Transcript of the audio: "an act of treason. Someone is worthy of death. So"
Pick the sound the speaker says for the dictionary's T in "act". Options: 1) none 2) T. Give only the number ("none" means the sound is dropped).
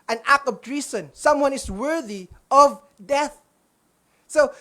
1